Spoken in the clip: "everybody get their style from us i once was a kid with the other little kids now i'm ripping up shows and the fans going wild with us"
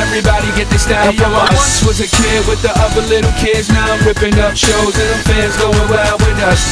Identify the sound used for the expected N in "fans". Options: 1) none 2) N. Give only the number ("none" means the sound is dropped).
1